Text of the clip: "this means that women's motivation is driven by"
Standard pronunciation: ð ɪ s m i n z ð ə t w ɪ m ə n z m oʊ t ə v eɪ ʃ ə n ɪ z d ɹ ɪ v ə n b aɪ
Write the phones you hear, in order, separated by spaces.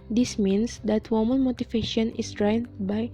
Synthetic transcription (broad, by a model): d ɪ s m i n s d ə t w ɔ m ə n m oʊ t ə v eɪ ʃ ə n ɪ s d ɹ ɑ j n b aɪ